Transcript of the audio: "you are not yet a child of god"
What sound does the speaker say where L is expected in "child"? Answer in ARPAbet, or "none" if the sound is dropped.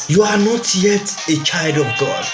L